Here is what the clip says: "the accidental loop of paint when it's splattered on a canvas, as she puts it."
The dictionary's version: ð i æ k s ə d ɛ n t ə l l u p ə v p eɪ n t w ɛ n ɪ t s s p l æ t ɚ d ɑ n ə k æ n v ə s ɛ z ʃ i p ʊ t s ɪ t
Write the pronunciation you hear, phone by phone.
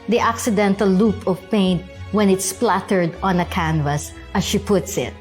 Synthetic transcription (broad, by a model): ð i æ k s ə d ɛ n t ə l l u p ə v p eɪ n t w ɛ n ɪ t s s p l æ t ɚ d ɑ n ə k æ n v ə s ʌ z ʃ i p ʊ t s ɪ t